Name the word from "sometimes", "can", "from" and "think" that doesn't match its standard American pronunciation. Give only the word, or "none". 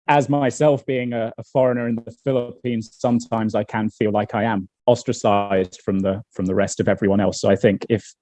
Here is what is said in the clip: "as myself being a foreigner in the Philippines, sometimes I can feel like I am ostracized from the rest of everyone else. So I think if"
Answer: none